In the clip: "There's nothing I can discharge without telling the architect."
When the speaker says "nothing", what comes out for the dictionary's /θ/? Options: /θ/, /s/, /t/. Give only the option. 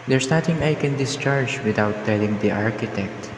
/t/